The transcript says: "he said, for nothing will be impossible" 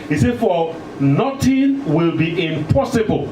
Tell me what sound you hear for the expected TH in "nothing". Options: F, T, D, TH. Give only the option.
T